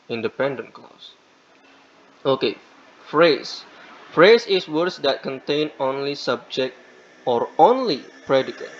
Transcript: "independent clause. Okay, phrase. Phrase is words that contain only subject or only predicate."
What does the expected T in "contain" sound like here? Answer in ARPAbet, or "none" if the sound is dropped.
T